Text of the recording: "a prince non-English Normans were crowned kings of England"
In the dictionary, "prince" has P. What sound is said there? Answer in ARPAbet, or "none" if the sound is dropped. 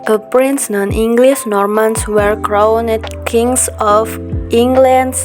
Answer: P